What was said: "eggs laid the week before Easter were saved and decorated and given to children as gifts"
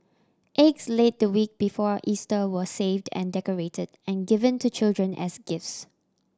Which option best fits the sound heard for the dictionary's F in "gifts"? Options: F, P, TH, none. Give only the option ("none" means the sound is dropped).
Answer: F